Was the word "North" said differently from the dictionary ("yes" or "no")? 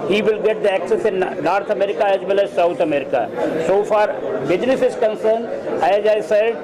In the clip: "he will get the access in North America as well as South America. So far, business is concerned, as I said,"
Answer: yes